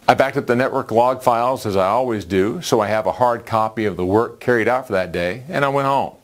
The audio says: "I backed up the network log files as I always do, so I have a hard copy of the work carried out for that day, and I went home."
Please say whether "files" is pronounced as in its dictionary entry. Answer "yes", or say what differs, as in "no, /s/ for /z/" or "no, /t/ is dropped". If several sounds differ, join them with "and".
yes